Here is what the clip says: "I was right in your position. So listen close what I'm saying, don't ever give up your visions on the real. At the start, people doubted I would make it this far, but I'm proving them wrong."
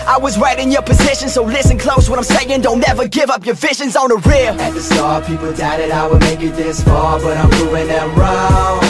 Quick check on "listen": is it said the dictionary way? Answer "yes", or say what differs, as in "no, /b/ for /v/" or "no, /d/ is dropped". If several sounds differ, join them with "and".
yes